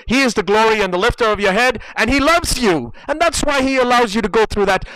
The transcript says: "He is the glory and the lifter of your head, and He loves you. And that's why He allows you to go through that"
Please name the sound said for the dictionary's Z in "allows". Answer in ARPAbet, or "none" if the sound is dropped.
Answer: Z